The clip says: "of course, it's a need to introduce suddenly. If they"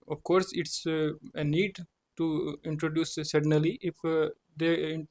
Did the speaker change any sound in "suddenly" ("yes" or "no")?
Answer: yes